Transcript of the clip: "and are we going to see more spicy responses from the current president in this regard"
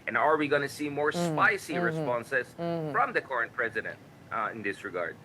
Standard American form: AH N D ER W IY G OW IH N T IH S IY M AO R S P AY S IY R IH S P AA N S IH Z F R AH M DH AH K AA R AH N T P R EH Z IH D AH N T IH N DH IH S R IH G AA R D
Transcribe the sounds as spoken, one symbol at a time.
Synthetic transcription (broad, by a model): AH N ER W IY G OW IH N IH S IY M AO R S P AY S IY R IH S P AA N S IH Z F R AH M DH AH K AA R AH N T P R EH Z IH D AH N T IH N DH IH S R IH G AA R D